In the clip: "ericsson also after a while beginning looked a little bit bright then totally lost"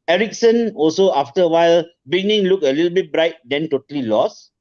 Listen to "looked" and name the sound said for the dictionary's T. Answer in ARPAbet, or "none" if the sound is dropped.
none